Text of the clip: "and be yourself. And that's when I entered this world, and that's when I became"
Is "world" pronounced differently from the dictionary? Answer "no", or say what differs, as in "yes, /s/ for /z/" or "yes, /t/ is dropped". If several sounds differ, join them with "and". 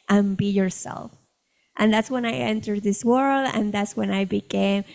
no